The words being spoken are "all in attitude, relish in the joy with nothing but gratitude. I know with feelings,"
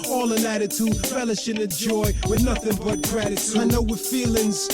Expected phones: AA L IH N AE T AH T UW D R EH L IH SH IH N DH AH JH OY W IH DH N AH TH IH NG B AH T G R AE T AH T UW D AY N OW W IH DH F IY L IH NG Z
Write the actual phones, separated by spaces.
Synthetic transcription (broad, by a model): AA L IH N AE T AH T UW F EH L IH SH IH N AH JH OY W IH DH N AH TH IH NG B AH T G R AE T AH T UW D AY N OW W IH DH F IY L IH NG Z